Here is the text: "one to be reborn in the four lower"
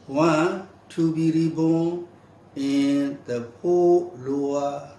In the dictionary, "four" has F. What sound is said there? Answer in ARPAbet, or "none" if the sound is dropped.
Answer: P